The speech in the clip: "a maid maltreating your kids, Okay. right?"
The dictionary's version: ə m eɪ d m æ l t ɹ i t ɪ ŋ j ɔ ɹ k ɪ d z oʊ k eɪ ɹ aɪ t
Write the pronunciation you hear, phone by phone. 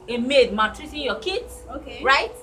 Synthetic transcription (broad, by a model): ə m eɪ d m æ t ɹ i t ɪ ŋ j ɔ k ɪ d s oʊ k eɪ ɹ aɪ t